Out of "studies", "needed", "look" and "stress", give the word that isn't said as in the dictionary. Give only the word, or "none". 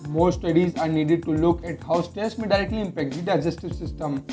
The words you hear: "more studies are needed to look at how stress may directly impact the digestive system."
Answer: stress